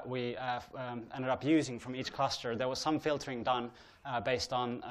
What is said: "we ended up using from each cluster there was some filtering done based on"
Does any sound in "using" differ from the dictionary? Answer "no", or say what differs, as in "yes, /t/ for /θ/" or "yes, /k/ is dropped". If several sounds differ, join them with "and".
no